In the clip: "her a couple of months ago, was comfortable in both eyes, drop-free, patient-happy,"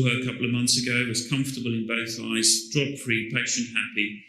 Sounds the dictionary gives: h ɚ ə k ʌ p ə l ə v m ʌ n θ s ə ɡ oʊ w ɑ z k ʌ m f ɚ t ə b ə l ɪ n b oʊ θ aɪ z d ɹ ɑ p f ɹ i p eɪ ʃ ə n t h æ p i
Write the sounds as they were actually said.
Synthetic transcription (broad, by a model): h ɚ ə k ʌ p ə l ə v m ʌ n θ s ə ɡ oʊ w ɑ z k ʌ m f t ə b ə l ɪ n b oʊ θ aɪ z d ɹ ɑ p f ɹ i p eɪ ʃ ə n t h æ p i